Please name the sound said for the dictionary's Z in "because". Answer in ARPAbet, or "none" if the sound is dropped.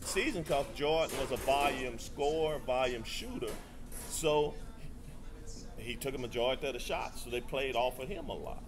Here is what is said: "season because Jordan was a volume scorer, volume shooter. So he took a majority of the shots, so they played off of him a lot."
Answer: S